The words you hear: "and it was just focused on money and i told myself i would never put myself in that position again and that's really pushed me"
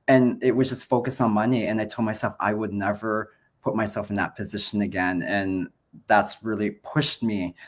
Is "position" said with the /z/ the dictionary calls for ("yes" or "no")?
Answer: yes